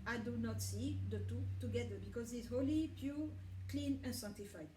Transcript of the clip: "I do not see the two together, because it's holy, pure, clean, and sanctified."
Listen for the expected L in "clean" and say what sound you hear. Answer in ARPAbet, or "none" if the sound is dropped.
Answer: L